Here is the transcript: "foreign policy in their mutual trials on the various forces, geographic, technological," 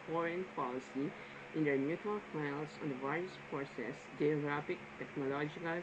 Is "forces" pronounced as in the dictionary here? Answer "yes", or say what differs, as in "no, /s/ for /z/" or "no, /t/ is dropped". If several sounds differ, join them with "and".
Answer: no, /p/ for /f/